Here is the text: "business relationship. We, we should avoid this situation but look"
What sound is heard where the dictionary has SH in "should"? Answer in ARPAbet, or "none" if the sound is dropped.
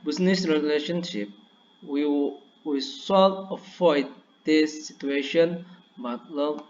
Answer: S